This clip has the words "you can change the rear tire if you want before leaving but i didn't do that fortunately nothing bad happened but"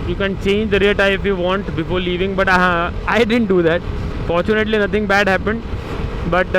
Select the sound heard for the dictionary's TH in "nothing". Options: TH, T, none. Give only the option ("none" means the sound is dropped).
T